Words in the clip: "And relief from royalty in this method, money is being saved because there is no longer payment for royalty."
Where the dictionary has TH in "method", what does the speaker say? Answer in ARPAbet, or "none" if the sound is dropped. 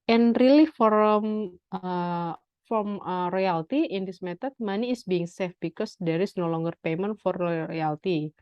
T